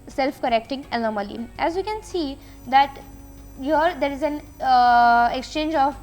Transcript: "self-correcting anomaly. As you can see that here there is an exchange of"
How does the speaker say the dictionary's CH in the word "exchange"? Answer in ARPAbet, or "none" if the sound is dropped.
CH